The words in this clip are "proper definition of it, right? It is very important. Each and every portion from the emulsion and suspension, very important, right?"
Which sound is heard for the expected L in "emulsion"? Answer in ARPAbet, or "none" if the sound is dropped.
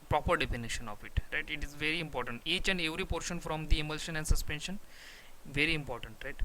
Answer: L